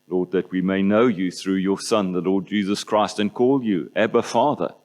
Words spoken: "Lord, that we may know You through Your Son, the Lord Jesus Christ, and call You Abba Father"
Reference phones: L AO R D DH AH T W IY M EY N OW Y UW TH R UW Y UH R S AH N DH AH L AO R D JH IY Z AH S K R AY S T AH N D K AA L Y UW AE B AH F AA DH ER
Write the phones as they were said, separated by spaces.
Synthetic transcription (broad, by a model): L AO R D DH AH T W IY M EY N OW Y UW TH R UW Y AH R S AH N DH AH L AO R D JH IY Z AH S K R AY S T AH N K AA L Y UW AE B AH F AA DH ER